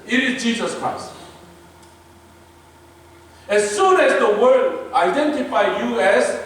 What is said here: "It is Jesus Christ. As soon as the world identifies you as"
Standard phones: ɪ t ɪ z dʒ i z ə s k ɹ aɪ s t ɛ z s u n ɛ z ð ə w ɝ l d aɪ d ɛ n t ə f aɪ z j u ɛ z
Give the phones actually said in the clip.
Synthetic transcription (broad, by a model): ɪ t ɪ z dʒ i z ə s k ɹ aɪ s t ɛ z s u n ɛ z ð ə w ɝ d aɪ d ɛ n t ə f aɪ j u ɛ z